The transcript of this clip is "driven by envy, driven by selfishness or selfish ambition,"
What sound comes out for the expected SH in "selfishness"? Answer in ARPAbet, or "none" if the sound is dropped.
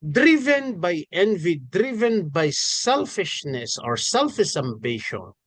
SH